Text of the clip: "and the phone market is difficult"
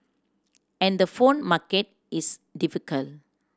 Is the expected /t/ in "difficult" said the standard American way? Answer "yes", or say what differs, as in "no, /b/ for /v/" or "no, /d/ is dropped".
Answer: no, /t/ is dropped